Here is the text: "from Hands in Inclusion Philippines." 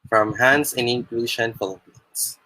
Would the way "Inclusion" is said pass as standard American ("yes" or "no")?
no